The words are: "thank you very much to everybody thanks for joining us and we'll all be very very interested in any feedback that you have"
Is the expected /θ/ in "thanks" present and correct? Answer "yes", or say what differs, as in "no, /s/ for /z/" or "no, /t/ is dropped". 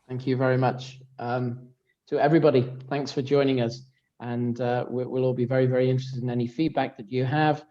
yes